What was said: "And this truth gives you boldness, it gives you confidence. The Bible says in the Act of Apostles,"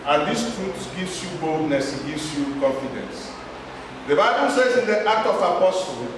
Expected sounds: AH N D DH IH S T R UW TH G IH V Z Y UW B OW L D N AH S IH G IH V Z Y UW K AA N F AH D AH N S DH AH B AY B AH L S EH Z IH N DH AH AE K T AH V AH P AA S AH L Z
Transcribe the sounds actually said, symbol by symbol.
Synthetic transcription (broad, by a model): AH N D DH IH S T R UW S G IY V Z Y UW B OW L D N AH S IH G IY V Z Y UW K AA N F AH D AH N S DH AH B AY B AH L S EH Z IH N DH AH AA K T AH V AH P AA S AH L